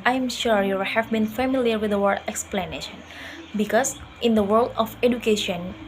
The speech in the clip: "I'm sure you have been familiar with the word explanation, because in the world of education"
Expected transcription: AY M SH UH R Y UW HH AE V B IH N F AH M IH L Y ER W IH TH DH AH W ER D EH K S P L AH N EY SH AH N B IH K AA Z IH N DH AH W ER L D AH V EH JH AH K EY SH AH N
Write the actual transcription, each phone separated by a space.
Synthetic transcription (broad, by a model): AY M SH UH R Y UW HH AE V B IH N F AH M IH L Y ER W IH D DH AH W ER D EH K S P L AH N EY SH AH N B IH K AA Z IH N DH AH W ER L D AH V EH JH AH K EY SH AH N